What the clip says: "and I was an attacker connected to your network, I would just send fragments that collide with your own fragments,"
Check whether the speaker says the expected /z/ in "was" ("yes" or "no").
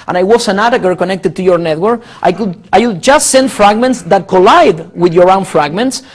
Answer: no